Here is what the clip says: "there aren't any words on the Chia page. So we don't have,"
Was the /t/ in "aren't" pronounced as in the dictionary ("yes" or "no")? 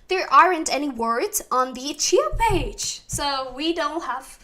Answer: yes